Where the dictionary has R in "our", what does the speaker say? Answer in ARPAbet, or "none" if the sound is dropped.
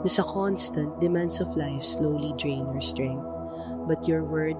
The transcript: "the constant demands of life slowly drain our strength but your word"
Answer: R